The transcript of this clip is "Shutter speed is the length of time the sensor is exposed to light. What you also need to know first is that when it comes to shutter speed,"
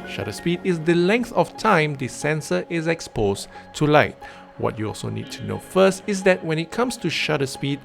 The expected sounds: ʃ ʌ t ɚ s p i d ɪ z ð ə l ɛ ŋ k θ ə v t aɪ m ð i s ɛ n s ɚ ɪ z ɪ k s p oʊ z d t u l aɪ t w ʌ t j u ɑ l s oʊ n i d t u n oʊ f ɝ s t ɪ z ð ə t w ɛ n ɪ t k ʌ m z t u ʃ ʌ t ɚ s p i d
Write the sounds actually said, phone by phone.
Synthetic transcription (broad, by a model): ʃ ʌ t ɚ s p i d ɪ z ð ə l ɛ ŋ k θ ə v t aɪ m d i s ɛ n s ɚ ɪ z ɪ k s p oʊ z t u l aɪ t w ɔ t j u ɑ l s oʊ n i d t u n oʊ f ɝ s t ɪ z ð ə t w ɛ n ɪ t k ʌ m s t u ʃ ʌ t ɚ s p i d